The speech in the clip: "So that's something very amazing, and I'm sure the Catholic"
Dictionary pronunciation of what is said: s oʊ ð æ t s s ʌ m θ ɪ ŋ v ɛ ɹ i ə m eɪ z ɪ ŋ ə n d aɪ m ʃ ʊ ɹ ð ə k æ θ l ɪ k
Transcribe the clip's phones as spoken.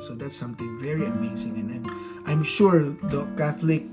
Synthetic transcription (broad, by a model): s oʊ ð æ t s s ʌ m t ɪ ŋ v ɛ ɹ i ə m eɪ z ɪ ŋ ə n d aɪ m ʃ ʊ ɹ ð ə k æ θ l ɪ k